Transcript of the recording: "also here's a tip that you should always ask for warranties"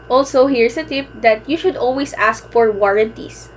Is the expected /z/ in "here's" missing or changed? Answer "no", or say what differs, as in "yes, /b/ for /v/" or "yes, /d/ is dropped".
yes, /s/ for /z/